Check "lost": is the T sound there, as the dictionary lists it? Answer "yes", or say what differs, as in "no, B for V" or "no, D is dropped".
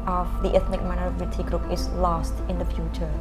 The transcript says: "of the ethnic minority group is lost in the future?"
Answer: yes